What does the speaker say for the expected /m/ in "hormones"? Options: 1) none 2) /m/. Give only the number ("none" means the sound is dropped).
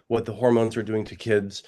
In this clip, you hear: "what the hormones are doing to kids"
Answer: 2